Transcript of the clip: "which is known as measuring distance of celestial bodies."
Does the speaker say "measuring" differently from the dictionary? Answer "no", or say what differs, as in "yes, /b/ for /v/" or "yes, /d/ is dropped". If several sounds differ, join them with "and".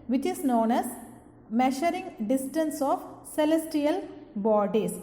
yes, /ʃ/ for /ʒ/